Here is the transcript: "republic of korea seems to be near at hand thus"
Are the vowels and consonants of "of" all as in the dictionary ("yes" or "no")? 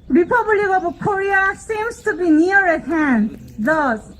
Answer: no